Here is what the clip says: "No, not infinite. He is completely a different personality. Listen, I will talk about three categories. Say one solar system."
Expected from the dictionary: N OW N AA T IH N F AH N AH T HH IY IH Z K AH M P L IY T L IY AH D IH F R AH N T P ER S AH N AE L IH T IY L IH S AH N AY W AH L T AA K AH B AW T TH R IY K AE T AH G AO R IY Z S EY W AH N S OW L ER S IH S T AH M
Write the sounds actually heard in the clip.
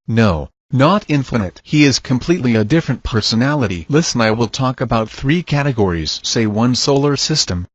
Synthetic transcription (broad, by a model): N OW N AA T IH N F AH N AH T HH IY IH Z K AH M P L IY T L IY AH D IH F R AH N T P ER S AH N AE L IH T IY L IH S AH N AY W AH L T AA K AH B AW T TH R IY K AE T AH G AO R IY Z S EY W AH N S OW L ER S IH S T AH M